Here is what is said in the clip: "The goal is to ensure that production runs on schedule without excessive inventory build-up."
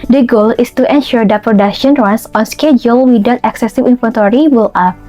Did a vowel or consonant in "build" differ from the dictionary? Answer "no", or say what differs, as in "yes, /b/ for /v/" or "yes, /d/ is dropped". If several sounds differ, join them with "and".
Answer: yes, /d/ is dropped